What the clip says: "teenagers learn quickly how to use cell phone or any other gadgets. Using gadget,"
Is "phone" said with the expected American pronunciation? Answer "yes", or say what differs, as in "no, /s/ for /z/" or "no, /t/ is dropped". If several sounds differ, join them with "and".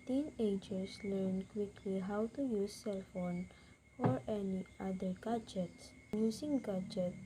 yes